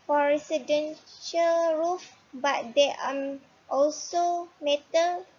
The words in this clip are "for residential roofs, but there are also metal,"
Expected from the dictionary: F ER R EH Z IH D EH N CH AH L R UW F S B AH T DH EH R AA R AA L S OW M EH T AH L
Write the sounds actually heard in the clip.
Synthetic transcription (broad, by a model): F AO R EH S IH D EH N SH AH L R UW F B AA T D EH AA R AA L S OW M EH T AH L